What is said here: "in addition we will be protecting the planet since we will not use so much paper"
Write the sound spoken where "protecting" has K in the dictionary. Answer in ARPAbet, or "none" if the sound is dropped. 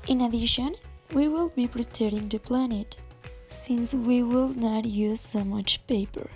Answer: none